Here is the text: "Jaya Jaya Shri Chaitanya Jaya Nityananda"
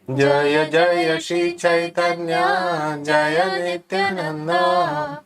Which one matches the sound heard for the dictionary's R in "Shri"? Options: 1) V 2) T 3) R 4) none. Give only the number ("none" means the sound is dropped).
4